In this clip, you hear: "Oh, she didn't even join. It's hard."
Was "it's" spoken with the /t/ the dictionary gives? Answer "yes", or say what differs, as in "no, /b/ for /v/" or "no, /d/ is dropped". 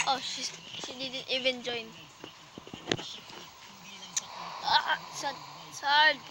no, /s/ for /t/